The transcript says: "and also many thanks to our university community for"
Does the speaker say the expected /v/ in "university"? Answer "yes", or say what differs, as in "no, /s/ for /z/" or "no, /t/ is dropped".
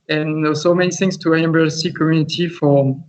no, /b/ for /v/